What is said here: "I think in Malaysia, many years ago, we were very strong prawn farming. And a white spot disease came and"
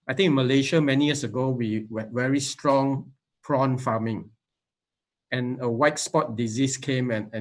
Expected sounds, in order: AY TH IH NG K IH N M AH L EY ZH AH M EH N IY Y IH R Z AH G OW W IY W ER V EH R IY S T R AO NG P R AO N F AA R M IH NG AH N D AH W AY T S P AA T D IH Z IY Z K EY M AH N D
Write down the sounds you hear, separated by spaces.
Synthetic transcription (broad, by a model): AY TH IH NG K IH N M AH L EY SH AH M EH N IY Y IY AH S AH G OW W IY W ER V EH R IY S T R AO NG P R AO N F AA M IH NG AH N AH W AY T S P AA T D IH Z IY S K EY M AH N